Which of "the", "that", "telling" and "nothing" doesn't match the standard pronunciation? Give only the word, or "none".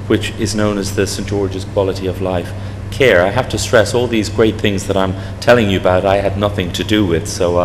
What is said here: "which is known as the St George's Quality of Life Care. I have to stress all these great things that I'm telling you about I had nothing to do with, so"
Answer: none